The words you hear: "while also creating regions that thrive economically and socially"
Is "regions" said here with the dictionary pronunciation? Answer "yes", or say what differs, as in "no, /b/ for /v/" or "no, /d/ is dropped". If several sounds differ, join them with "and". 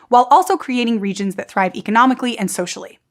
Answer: yes